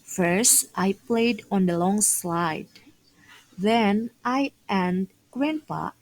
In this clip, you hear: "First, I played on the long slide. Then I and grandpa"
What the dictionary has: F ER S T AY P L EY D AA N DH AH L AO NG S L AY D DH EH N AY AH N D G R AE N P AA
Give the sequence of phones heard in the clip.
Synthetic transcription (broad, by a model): F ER S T AY P L EY D AA N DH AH L AO NG S L AY D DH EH N AY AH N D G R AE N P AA